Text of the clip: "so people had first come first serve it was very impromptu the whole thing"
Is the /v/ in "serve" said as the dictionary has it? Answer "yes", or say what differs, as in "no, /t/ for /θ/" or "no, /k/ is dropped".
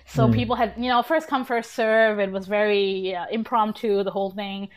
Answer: yes